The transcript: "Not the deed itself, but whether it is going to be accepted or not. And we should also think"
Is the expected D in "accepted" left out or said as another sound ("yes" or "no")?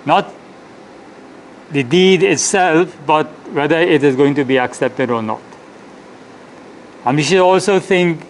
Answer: no